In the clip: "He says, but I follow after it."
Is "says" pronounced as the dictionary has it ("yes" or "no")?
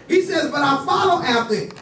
yes